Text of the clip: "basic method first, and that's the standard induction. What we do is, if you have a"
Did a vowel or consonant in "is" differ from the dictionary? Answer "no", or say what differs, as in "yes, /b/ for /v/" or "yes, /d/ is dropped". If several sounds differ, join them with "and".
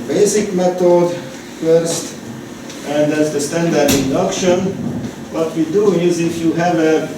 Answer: no